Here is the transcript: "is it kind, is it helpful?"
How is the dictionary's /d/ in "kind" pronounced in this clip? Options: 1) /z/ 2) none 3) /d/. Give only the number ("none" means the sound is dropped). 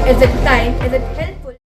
2